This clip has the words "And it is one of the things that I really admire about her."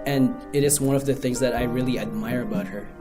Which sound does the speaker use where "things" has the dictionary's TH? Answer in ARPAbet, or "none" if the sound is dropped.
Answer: TH